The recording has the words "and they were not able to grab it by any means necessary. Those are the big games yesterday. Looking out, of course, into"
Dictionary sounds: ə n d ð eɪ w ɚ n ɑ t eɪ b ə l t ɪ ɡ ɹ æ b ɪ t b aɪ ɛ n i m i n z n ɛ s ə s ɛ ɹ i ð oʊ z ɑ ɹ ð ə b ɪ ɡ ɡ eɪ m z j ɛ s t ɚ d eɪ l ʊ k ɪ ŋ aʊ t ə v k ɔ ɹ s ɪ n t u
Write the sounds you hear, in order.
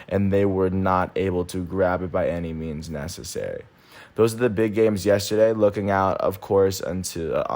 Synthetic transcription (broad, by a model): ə n ð eɪ w ɚ n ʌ t eɪ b l t ɪ ɡ ɹ æ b ɪ t b aɪ ɛ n i m i n z n ɛ s ə s ɛ ɹ i ð oʊ z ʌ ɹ ð ə b ɪ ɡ ɡ eɪ m z j ɛ s t ɚ d eɪ l ʊ k ɪ ŋ aʊ t ə v k ɔ ɹ s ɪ n t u